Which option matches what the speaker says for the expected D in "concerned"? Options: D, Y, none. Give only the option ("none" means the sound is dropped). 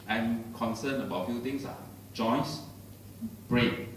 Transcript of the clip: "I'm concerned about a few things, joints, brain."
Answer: none